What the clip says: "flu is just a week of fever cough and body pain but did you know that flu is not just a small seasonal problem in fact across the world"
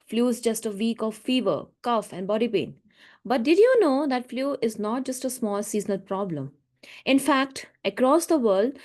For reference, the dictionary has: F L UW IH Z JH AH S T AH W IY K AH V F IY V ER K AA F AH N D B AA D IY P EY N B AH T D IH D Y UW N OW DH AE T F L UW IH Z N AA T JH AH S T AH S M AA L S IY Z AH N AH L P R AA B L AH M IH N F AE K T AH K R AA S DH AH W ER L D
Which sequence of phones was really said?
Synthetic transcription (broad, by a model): F L UW IH Z JH AH S T AH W IY K AH V F IY V ER K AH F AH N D B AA D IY P EY N B AH T D IH D Y UW N OW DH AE T F L UW IH Z N AA T JH AH S T AH S M AA L S IY Z AH N AH L P R AA B L AH M IH N F AE K T AH K R AA S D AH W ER L D